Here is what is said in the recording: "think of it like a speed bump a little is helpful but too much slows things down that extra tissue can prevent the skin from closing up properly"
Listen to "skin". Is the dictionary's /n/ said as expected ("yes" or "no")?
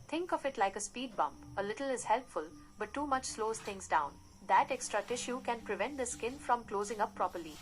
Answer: yes